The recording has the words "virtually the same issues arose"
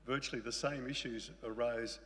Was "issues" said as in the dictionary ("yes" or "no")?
yes